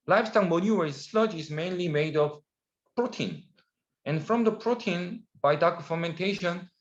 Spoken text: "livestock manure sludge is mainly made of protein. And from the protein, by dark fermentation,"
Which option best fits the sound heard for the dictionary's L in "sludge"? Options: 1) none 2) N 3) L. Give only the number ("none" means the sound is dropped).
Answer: 3